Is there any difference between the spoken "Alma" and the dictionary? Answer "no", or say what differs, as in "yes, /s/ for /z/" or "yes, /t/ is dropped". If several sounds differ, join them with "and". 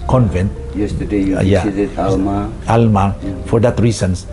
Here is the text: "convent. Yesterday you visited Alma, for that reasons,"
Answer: no